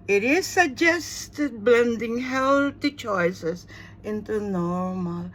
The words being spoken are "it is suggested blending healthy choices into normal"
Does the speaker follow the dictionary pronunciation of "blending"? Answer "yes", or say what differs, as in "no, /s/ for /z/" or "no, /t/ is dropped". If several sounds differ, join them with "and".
yes